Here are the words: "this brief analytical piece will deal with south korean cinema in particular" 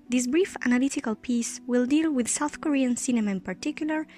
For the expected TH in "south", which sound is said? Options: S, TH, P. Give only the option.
TH